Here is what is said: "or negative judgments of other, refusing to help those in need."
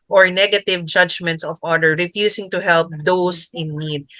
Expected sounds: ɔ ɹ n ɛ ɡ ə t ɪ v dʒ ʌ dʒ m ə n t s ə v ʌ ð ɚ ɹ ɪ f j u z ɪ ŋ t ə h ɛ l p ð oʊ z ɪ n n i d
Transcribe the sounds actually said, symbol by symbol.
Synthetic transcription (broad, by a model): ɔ ɹ n ɛ ɡ ə t ɪ v dʒ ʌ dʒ m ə n t s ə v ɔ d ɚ ɹ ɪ f j u s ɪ ŋ t ə h ɛ l p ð oʊ s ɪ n n i d